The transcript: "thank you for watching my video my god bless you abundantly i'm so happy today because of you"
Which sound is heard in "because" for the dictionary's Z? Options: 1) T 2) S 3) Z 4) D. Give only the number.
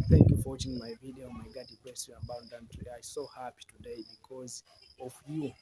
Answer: 3